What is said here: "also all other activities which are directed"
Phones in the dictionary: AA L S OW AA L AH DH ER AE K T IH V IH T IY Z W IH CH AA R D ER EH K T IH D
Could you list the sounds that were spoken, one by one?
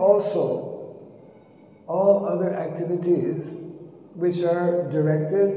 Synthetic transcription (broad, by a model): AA L S OW AA L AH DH ER AE K T IH V IH T IY Z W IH CH AA R D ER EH K T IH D